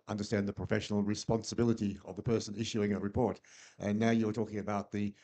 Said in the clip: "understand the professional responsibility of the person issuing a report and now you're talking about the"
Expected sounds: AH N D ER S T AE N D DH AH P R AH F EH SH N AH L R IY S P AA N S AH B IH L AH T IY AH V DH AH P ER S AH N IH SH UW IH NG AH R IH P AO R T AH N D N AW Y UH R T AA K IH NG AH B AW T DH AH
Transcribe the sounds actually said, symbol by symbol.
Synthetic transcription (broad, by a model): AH N D ER S T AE N DH AH P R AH F EH SH N L R IY S P AA N S AH B IH L AH T IY AH V DH AH P ER S AH N IH SH UW IH NG AH R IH P AO R T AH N N AW Y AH R T AA K IH NG AH B AW T DH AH